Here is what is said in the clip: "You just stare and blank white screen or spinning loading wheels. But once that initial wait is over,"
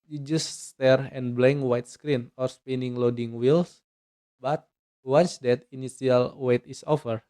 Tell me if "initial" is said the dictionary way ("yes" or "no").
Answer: no